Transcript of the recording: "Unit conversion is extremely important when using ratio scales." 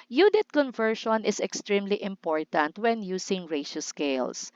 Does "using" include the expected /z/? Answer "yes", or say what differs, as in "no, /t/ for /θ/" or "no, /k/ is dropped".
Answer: no, /s/ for /z/